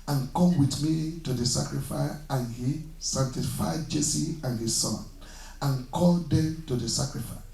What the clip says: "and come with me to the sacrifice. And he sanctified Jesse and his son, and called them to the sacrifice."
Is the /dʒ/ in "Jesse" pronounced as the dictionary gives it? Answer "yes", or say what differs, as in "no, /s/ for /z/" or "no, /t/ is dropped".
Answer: yes